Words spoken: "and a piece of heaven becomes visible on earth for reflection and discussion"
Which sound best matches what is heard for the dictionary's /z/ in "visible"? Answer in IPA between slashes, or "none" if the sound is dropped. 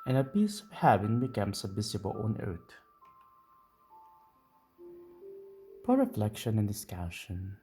/s/